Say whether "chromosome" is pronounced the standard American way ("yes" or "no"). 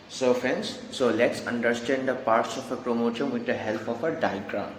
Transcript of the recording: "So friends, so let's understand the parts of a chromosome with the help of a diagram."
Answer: no